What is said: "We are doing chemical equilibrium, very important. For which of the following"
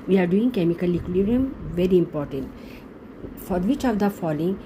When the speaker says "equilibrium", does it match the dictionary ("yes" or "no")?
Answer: no